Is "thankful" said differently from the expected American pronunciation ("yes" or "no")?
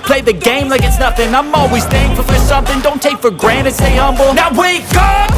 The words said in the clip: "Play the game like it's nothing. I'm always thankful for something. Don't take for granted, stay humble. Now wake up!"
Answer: yes